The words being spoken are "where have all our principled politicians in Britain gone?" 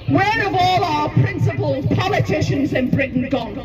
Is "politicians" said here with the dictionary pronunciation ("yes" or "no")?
yes